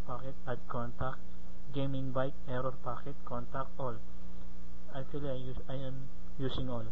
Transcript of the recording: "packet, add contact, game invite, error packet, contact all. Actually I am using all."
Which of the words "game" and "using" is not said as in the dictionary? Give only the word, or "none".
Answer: using